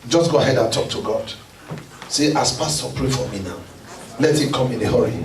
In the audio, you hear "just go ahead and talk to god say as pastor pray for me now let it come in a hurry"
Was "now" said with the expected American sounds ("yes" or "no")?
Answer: yes